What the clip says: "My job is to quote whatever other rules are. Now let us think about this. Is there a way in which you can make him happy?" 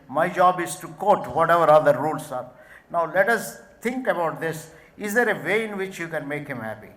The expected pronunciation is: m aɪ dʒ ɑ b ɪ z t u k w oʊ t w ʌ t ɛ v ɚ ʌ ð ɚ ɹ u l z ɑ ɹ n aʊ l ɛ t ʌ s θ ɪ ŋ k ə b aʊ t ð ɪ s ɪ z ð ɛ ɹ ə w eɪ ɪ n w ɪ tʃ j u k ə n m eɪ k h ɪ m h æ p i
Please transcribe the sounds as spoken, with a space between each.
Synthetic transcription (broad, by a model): m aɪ dʒ ɑ b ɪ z t u k oʊ t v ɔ t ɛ v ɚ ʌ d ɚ ɹ u l s ɑ ɹ n aʊ l ɛ t ʌ s t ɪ ŋ k ə b aʊ t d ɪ s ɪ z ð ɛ ɹ ə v eɪ ɪ n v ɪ tʃ j u k ə n m eɪ k h ɪ m h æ p i